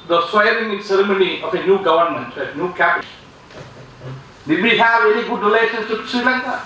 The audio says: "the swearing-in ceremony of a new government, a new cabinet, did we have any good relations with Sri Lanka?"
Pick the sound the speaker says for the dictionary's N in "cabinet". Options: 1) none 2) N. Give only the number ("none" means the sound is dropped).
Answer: 1